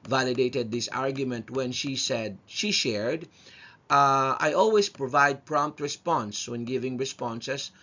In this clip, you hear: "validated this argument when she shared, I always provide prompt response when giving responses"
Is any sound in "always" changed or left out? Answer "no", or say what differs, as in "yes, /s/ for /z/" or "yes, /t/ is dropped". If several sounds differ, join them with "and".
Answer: yes, /s/ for /z/